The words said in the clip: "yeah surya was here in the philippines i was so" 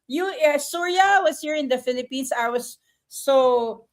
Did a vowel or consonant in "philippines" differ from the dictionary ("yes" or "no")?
yes